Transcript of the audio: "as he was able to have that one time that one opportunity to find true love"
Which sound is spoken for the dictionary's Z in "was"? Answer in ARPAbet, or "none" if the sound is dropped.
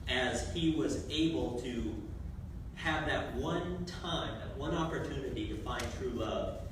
Z